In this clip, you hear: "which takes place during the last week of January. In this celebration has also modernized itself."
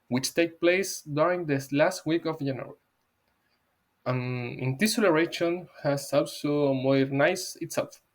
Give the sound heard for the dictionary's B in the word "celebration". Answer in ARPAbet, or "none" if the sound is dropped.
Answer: none